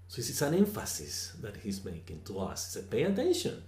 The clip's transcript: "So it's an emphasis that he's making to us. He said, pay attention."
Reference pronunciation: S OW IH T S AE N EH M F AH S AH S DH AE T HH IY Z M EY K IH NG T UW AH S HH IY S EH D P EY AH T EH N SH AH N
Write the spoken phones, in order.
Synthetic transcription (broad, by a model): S OW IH S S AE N EH M F AH S AH S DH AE T HH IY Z M EY K IH NG T UW AH S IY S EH P EY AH T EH N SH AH N